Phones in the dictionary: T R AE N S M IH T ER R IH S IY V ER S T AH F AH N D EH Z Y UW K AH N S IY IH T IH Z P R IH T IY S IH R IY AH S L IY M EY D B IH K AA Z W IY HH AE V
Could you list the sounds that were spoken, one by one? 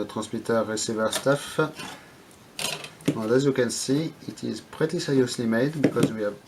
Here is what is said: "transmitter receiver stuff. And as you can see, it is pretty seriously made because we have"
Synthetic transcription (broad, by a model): T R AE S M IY T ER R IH S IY V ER S T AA F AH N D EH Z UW K AH N S IY IH T IH Z P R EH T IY S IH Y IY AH S L IY M EY D B IH K AA Z W IY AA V